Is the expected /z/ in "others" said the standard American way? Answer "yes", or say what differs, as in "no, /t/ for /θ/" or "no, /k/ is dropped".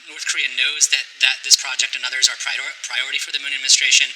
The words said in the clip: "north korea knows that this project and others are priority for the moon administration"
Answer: yes